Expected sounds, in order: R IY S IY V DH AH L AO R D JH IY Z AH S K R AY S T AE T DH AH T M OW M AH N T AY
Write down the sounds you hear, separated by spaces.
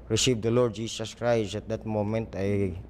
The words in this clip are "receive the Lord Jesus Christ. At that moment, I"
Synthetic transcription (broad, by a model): R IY S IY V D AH L AO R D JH IY S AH S K R AY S AE T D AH T M OW M AH N T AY